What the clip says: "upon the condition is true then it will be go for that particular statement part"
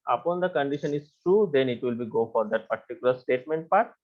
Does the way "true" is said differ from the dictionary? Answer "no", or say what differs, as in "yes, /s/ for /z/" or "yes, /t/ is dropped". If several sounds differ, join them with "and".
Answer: no